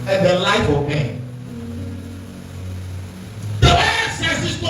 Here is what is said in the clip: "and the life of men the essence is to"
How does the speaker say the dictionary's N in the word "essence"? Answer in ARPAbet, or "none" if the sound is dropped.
none